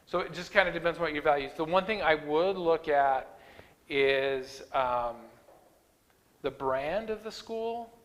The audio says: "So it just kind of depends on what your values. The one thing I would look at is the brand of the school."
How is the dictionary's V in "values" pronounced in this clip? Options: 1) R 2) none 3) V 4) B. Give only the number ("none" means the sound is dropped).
3